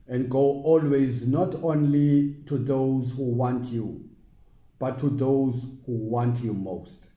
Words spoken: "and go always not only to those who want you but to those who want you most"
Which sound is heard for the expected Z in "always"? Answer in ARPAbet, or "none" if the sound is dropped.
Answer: Z